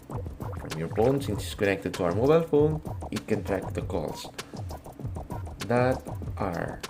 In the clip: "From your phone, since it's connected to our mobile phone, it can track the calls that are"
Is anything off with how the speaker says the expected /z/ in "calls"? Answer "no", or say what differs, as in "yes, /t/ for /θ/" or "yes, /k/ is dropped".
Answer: yes, /s/ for /z/